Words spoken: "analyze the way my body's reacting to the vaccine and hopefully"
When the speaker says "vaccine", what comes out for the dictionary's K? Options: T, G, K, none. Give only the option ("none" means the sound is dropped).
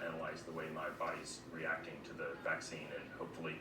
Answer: K